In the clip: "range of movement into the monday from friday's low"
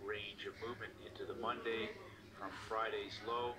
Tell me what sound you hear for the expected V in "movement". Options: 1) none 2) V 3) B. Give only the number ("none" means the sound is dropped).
2